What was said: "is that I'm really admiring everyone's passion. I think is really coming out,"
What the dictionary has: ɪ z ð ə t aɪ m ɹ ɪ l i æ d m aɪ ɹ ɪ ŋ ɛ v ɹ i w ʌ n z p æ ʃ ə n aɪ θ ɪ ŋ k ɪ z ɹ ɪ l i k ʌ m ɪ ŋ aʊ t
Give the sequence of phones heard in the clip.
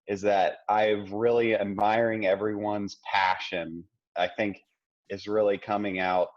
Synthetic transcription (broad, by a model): ɪ z ð ə t aɪ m ɹ ɪ l i æ d m aɪ ɹ ɪ ŋ ɛ v ɹ i w ʌ n z p æ ʃ ə n aɪ θ ɪ ŋ k ɪ s ɹ ɪ l i k ʌ m ɪ ŋ aʊ t